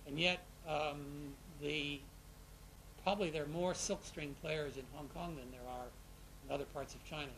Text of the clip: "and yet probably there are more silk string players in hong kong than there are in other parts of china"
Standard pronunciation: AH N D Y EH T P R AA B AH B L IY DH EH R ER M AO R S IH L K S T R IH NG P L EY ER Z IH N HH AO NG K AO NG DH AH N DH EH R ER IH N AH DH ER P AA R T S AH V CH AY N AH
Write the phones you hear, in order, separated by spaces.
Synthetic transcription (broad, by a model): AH N Y EH T P R AA B AH B L IY DH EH R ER M AO R S IH L K S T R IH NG P L EY ER Z IH N HH AO NG K AO NG DH AH N DH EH R ER IH N AH DH ER P AA R T S AH V CH AY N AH